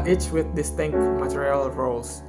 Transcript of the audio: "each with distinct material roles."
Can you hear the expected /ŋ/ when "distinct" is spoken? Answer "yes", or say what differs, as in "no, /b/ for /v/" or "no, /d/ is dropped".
yes